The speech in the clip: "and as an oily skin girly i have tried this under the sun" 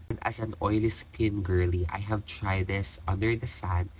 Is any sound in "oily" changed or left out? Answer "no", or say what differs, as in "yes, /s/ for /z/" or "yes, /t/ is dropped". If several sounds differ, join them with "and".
no